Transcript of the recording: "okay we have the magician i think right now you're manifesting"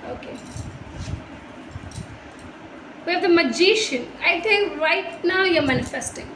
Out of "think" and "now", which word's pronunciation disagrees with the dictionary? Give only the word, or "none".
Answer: think